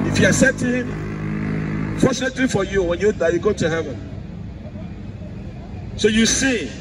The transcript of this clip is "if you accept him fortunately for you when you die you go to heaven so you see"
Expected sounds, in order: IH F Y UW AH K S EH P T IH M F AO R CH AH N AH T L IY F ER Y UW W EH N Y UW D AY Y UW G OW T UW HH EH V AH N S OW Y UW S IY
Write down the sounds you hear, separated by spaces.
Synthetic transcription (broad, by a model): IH F Y UW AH S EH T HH IH M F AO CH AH N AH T L IY F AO Y UW W EH N Y UW D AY Y UW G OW T UW HH EH V AH N S OW Y UW S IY